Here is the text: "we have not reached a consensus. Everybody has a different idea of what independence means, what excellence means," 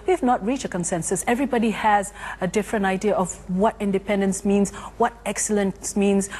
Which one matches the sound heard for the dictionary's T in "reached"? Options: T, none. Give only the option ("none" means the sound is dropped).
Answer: none